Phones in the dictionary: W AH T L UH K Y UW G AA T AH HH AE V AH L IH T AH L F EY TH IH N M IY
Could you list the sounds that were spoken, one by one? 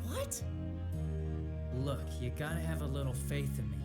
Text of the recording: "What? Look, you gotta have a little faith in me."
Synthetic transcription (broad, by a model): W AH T L UH K Y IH G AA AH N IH V AH L IH T L F EY TH IH N M IY